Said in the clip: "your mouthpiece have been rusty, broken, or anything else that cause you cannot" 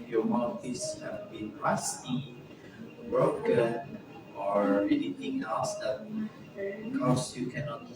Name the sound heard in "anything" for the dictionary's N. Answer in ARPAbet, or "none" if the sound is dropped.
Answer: L